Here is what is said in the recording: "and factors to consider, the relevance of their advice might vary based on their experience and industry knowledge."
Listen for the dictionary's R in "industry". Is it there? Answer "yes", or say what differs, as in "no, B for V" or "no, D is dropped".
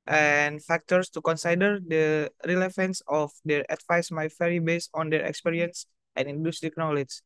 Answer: no, R is dropped